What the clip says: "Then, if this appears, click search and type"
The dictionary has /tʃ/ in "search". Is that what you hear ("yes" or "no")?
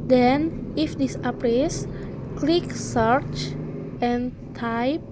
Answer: yes